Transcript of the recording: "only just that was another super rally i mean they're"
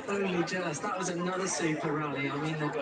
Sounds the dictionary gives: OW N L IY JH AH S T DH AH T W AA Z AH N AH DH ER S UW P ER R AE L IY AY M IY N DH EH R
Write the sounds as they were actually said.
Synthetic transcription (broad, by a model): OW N L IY JH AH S DH AH T W AA Z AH N AH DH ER S UW P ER R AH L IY AY M IY N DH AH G